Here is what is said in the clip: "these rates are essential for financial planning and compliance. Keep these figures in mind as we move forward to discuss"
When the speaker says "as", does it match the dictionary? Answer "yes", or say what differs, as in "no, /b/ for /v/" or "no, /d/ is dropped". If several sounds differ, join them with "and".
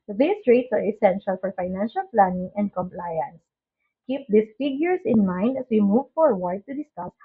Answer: no, /s/ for /z/